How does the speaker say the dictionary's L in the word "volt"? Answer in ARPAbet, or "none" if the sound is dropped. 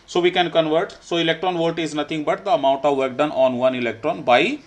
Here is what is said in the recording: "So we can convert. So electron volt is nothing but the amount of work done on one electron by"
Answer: none